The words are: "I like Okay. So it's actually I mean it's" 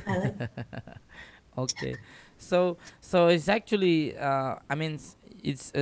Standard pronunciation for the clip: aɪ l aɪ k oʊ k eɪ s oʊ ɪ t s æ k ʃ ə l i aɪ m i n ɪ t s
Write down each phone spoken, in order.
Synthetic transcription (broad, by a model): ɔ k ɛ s oʊ ʊ s oʊ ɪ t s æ k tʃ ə l i aɪ m i n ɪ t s